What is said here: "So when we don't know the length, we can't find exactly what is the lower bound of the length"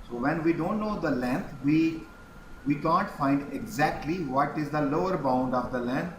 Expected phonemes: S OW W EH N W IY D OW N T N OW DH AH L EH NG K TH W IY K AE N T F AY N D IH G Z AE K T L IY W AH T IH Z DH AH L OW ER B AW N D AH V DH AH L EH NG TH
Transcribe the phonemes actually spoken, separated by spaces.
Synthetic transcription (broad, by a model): S OW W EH N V IY D OW N T N OW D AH L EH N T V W IY K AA N T F AY N D IH G Z AE K T L IY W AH T IH Z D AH L OW ER B AW N D AH V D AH L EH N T